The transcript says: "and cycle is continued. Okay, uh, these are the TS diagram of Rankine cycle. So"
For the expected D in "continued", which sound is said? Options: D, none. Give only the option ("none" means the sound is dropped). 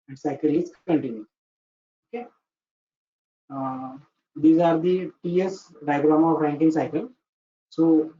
none